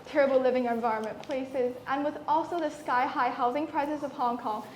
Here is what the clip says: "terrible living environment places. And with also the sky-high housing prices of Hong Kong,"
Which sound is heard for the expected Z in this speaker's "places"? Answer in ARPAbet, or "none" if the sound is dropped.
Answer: Z